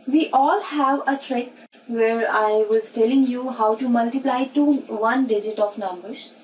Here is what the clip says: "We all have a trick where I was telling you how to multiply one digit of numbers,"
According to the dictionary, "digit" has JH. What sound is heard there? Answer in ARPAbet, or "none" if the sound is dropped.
JH